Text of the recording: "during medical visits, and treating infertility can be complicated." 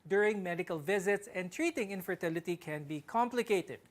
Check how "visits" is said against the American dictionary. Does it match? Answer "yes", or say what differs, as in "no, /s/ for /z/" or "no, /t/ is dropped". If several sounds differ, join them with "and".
yes